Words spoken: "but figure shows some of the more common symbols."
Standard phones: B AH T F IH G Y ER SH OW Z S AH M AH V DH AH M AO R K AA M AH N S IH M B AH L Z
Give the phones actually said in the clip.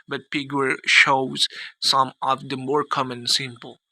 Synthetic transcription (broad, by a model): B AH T P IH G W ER SH OW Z S AH M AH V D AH M AO R K AA M AH N S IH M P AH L